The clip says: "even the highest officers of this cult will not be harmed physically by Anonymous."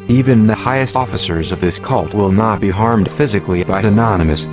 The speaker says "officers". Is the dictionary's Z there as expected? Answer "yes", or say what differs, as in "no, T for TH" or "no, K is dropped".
yes